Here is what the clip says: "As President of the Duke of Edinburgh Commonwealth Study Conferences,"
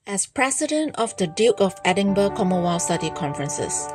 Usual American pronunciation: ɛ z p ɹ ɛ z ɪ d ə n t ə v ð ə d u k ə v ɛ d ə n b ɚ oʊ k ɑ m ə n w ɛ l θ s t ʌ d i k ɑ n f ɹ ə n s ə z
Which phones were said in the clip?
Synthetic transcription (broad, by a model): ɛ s p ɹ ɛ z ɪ d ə n t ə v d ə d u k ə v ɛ d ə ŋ b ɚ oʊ k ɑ m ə w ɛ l s t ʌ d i k ɑ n f ɹ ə n s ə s